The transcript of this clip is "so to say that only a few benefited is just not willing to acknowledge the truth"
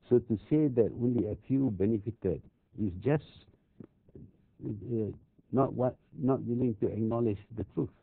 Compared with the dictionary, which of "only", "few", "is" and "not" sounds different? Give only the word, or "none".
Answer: is